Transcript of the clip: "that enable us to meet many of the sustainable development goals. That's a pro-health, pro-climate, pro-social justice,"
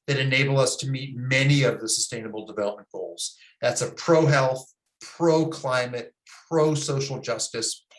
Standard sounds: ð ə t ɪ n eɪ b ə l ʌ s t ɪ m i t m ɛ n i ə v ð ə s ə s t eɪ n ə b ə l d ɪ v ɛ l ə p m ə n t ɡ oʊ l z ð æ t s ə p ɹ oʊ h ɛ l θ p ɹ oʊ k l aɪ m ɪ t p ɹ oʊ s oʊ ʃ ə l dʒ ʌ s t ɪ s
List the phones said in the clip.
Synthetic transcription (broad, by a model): ð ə t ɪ n eɪ b l ʌ s t ɪ m i t m ɛ n i ə v ð ə s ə s t eɪ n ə b l d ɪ v ɛ l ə p m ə n ɡ oʊ l z ð æ t s ə p ɹ oʊ h ɛ l θ p ɹ oʊ k l aɪ m ɪ t p ɹ oʊ s oʊ ʃ l dʒ ʌ s t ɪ s